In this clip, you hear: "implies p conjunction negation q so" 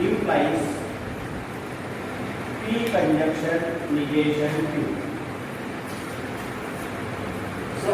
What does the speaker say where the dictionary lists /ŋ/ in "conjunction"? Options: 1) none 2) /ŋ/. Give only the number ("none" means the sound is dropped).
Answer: 1